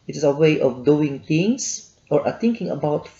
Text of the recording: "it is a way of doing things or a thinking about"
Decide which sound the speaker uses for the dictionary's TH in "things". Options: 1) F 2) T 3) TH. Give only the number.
2